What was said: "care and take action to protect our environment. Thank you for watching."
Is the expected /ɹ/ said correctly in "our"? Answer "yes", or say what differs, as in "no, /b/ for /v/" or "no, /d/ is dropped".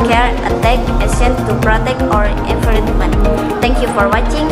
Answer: yes